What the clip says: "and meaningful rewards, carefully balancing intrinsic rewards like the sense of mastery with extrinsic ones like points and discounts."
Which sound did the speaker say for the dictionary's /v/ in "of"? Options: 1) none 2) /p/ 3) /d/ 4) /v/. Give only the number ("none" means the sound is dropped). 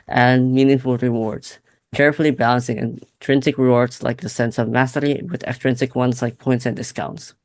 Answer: 4